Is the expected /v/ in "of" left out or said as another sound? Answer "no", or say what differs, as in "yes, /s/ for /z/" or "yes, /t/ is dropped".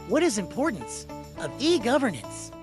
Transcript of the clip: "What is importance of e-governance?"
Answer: no